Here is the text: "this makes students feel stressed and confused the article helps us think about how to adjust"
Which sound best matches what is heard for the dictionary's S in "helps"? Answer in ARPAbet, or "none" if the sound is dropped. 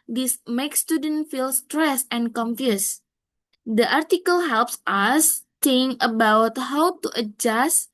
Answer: S